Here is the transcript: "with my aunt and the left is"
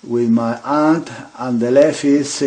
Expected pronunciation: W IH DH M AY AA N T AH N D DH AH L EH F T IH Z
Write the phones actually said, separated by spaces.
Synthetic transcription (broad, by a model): W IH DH M AY AA N T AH N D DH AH L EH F IH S